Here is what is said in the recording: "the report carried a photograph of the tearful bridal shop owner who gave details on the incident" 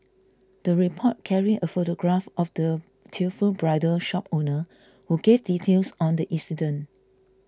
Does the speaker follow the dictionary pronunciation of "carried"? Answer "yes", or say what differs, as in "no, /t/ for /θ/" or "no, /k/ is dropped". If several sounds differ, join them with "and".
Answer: no, /d/ is dropped